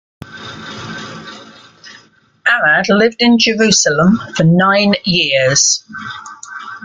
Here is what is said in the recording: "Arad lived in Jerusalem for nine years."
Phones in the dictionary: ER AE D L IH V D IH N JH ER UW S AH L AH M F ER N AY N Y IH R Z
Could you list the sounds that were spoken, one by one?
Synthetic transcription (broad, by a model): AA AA D L IH V D IH N JH ER UW S AH L AH M F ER N AY N Y IH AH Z